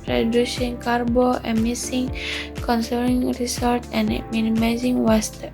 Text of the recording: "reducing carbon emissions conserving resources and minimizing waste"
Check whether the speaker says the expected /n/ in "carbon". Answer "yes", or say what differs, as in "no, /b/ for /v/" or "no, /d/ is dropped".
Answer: no, /n/ is dropped